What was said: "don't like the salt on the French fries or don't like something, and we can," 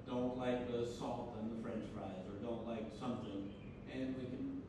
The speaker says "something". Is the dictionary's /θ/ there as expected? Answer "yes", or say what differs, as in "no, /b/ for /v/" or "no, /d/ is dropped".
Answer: yes